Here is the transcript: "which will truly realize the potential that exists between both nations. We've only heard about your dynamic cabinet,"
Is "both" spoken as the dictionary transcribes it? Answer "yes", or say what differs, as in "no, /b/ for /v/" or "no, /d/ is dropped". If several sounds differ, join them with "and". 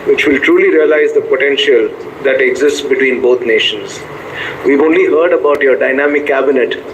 no, /t/ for /θ/